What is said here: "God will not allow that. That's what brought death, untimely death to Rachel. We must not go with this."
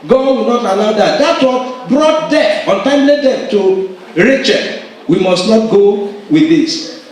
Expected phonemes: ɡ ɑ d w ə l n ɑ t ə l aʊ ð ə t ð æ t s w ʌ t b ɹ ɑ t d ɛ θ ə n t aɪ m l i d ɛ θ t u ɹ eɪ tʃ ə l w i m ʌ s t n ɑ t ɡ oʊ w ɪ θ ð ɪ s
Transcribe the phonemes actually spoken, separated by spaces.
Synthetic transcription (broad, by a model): ɡ ɑ d w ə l n ɑ t ə l aʊ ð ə t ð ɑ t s w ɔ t b ɹ ɑ t d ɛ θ ə n t aɪ m l i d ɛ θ t u ɹ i tʃ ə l w i m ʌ s t n ɑ t ɡ oʊ w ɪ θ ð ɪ s